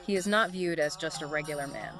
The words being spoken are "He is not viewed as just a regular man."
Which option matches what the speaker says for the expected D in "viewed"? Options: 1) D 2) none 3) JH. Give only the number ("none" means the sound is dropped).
1